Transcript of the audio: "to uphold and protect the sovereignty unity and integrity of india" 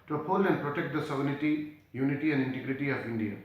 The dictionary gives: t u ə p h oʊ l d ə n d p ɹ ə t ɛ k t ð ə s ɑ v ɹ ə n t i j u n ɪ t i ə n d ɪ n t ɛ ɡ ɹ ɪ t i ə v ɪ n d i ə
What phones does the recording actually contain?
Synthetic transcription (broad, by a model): t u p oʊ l ə n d p ɹ ə t ɛ k t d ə s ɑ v ə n t i j u n ɪ t i ə n d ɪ n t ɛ ɡ ɹ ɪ t i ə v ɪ n d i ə